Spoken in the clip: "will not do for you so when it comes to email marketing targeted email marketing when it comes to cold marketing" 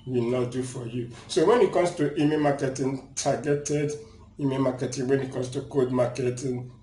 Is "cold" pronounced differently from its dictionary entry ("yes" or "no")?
yes